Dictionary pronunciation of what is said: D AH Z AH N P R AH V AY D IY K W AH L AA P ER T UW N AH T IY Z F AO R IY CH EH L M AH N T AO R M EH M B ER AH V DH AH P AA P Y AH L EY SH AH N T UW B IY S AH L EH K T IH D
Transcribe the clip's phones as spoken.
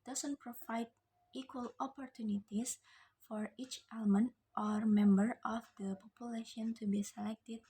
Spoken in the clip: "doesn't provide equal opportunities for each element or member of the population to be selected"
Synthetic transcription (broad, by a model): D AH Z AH N P R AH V AY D IY K W AH L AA P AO T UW N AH T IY S F AO R IY CH EH L M AH N T AO R M EH M B ER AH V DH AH P AA P Y AH L EY SH AH N T UW B IY S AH L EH K T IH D